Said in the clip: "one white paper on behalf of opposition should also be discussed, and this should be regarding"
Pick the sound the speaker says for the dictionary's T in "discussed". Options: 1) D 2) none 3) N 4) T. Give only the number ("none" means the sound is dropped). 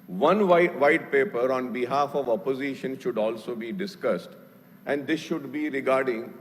4